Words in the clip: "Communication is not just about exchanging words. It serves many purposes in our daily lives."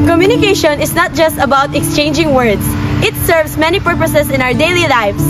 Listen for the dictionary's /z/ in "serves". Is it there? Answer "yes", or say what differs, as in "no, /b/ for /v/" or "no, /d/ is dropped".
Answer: no, /s/ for /z/